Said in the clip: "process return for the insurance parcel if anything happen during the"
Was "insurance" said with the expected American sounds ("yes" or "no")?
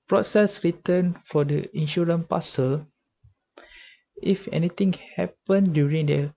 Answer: no